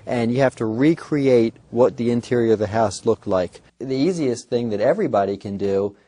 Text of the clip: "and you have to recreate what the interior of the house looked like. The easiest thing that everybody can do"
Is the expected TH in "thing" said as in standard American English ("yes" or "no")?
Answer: yes